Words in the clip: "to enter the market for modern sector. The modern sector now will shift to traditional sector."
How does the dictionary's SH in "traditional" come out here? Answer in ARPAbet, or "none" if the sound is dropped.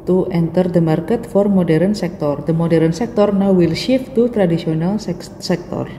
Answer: S